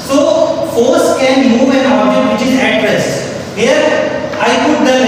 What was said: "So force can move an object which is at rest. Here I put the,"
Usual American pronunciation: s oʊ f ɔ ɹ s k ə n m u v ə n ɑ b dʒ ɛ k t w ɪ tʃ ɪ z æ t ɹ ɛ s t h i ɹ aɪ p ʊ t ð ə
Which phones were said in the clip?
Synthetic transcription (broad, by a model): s oʊ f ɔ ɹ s k ə n m u v ə n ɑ dʒ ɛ t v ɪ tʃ ɪ z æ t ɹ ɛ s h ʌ ɹ aɪ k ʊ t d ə